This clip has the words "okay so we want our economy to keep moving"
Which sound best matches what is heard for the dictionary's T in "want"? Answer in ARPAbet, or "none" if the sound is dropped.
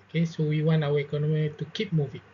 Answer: none